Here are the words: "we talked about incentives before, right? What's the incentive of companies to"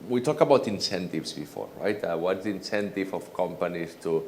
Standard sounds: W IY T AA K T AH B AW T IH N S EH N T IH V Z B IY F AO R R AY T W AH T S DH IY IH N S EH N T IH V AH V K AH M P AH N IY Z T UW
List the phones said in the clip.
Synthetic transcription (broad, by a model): W IY T AA K AH B AW T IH N S EH N T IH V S B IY F AO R R AY T W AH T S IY N S EH N T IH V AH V K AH M P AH N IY S T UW